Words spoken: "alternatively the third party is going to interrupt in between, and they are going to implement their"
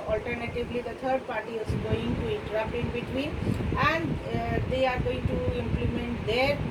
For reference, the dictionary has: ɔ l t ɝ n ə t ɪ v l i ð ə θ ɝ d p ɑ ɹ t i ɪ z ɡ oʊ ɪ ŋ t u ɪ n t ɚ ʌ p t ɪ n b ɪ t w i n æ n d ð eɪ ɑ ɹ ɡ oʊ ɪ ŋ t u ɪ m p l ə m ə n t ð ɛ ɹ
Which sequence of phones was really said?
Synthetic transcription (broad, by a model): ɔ l t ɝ n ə t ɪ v l i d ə t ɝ d p ɑ ɹ t i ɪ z ɡ oʊ ɪ ŋ t u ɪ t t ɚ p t ɪ n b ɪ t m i æ n d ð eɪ ɑ ɹ ɡ oʊ ɪ ŋ t u ɪ m p l ə m ə n t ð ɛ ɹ